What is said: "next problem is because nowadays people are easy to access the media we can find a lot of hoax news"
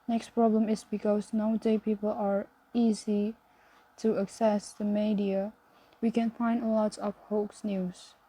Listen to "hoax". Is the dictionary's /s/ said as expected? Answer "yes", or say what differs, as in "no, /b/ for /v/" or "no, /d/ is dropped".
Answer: yes